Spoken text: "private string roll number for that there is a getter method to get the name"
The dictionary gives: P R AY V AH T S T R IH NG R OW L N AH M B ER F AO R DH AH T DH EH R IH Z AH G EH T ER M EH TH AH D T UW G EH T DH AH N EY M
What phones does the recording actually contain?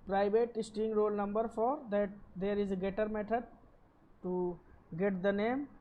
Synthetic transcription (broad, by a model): P R AY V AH T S T IH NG R OW L N AH M B ER F AO R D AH T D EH R IH Z AH G EH T ER M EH T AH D T UW G EH T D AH N EY M